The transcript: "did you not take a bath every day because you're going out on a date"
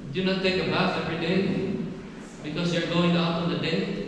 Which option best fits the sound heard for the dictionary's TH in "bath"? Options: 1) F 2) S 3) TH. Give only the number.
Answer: 1